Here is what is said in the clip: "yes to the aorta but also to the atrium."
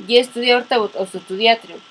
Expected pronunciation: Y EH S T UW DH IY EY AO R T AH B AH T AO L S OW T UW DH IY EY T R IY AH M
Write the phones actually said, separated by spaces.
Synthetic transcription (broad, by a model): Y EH S T UW DH IY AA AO R T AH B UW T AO S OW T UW DH IY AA T R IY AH